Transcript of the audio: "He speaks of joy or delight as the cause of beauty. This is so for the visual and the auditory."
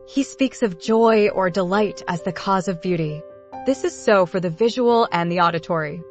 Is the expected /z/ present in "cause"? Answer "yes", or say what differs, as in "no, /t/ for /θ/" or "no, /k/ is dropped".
yes